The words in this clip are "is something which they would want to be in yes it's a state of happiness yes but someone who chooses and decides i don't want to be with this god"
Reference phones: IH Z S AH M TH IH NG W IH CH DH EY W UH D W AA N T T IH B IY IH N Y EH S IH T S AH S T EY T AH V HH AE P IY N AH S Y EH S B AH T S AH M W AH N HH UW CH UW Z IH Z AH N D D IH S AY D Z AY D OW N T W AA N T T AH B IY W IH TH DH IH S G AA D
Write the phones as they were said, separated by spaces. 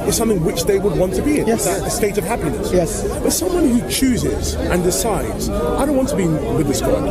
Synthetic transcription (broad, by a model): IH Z S AH M TH IH NG W IH CH DH EY W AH D W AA N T T IH B IY IH N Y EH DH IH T AH S T EY T AH V HH AE P IY N AH S Y EH S B AH T S AH M W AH N HH UW CH UW Z IH Z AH N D D IH S AY D Z AY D OW N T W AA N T T AH B IY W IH DH IH S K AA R